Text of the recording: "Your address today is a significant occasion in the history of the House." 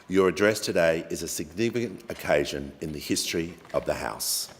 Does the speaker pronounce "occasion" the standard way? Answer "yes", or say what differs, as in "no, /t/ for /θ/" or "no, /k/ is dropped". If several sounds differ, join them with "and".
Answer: yes